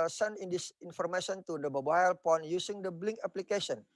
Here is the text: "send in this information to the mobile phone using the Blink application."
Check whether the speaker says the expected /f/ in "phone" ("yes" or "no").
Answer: no